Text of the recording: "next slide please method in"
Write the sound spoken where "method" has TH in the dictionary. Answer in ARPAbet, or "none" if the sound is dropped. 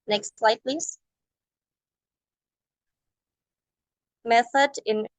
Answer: TH